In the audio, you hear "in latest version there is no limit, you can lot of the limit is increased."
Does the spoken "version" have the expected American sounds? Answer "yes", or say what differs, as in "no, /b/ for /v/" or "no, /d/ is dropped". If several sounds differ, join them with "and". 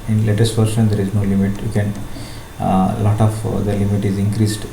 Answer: no, /ʃ/ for /ʒ/